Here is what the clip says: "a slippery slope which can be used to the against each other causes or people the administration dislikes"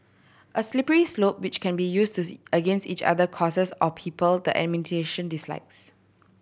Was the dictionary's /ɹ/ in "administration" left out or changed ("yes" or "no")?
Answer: yes